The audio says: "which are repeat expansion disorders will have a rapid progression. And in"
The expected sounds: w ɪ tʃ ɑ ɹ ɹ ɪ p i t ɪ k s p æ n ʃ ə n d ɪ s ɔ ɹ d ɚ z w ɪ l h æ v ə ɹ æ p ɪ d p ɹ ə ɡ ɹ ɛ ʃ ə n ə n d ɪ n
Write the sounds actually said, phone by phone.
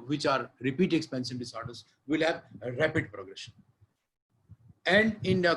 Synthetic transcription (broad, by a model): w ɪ tʃ ɑ ɹ ɹ ɪ p i t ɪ k s p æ n s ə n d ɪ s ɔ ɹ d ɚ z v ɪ l h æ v ɹ æ p ɪ d p ɹ ə ɡ ɹ ɛ ʃ ə n ə n d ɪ n